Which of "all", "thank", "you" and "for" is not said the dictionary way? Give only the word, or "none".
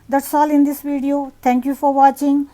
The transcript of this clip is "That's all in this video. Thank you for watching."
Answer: thank